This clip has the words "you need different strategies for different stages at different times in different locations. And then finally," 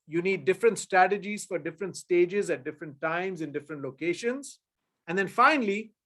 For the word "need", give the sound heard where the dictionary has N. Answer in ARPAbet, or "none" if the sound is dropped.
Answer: N